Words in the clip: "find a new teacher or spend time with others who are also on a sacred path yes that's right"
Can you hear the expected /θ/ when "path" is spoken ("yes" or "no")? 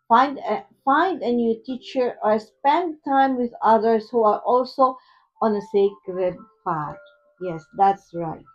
no